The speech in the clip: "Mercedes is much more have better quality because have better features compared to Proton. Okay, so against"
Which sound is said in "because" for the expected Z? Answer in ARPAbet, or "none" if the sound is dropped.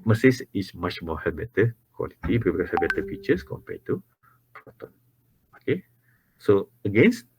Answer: none